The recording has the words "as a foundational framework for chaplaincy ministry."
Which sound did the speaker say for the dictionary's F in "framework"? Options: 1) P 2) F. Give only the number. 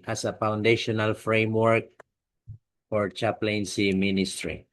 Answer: 2